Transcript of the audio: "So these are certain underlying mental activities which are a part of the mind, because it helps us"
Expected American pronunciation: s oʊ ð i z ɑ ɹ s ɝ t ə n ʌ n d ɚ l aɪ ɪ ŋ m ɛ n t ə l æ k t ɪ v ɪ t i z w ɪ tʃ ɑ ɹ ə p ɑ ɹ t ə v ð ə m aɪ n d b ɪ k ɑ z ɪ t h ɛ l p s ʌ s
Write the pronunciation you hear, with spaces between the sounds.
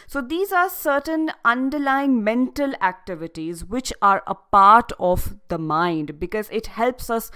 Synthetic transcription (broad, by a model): s oʊ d i z ɑ ɹ s ɝ t ə n ʌ n d ɚ l aɪ ɪ ŋ m ɛ n t ə l æ k t ɪ v ɪ t i z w ɪ tʃ ɑ ɹ ə p ɑ ɹ t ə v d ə m aɪ n d b ɪ k ɑ z ɪ t h ɛ l p s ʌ s